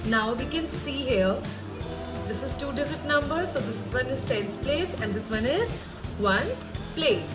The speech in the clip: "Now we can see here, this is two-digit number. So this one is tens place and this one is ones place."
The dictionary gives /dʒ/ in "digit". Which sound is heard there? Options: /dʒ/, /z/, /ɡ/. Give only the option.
/z/